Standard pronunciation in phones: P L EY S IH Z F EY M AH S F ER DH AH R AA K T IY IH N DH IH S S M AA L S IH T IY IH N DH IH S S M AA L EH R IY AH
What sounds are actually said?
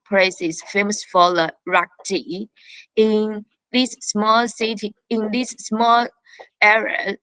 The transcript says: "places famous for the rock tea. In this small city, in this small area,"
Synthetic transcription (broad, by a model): P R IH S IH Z F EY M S F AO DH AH R AA K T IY IH N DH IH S S M AA L S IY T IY IH N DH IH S S M AA L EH R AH